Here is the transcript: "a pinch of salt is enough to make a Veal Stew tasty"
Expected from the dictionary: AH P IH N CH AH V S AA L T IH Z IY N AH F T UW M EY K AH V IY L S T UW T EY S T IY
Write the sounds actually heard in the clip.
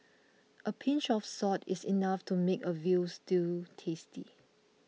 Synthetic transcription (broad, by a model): AH P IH N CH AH F S AA T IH S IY N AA F T UW M EY K AH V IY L S T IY T EY S T IY